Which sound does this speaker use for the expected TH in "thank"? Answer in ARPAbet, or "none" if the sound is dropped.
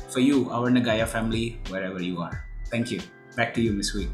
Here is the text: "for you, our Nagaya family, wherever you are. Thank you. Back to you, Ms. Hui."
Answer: T